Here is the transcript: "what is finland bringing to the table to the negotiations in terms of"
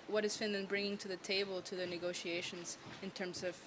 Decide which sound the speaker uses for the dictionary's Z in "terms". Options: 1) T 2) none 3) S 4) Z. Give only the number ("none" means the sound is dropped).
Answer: 4